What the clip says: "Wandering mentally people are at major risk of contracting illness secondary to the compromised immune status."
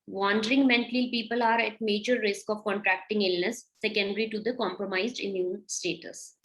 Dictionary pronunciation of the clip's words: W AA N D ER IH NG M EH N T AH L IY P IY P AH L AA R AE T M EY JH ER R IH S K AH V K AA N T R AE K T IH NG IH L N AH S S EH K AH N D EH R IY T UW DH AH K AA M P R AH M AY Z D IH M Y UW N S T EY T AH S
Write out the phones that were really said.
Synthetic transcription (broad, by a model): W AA N D ER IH NG M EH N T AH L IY P IY P AH L AA R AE T M EY JH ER R IH S K AH V K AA N T R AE K T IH NG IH L N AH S S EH K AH N D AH R IY T UW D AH K AA M P R AH M AY Z D IH M Y UW N S T EY T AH S